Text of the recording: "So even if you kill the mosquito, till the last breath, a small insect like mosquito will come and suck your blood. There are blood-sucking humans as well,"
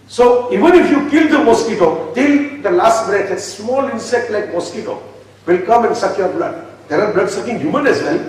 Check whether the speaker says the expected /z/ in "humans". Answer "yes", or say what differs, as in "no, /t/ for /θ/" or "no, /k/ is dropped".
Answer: no, /z/ is dropped